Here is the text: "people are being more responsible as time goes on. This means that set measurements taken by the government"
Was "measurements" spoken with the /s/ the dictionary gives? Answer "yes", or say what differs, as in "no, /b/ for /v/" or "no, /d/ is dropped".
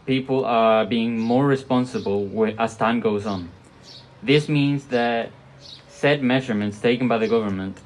yes